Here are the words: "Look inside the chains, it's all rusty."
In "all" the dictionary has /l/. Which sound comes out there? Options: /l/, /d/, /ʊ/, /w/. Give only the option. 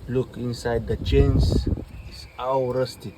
/w/